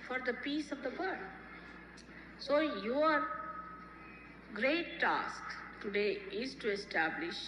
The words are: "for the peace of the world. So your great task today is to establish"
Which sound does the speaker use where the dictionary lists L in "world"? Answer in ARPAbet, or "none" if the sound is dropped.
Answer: none